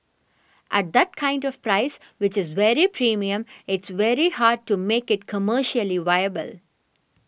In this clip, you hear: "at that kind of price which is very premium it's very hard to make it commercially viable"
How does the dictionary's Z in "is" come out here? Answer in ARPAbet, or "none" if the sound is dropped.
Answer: Z